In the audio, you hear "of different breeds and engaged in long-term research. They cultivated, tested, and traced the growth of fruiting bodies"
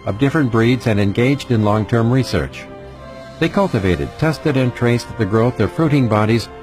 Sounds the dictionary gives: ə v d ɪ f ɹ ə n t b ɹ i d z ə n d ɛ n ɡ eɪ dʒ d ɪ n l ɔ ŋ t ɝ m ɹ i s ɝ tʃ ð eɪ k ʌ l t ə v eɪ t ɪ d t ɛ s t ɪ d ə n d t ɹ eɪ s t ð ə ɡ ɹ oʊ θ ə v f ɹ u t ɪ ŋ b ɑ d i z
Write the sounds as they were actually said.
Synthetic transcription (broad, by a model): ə v d ɪ f ɹ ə n b ɹ i d z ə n ɛ n ɡ eɪ dʒ d ɪ n l ɔ ŋ t ɝ m ɹ i s ɝ tʃ ð eɪ k ʌ l t ə v eɪ t ɪ d t ɛ s t ɪ d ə n t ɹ eɪ s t ð ə ɡ ɹ oʊ θ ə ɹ f ɹ u t ɪ ŋ b ɑ d i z